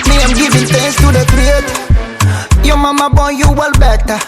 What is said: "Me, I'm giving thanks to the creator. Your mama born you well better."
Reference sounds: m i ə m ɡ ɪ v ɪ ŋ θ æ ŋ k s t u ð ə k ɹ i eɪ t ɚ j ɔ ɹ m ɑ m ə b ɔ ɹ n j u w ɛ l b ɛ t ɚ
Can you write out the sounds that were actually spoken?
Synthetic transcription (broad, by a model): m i ə m ɡ ɪ v ɪ ŋ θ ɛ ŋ s t u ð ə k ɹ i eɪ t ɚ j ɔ m ɑ m ə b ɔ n j u w ɛ l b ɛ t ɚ